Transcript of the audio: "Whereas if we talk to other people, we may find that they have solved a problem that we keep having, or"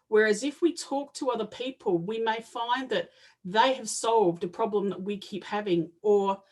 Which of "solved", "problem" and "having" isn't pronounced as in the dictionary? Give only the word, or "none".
none